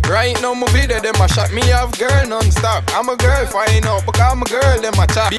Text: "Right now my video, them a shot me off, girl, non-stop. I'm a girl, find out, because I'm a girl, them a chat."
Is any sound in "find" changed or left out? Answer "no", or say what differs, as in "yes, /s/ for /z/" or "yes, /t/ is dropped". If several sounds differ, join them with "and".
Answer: yes, /d/ is dropped